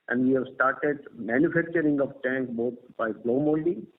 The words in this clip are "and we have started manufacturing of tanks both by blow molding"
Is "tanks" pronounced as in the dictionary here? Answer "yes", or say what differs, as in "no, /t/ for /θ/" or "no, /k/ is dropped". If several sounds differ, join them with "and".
no, /s/ is dropped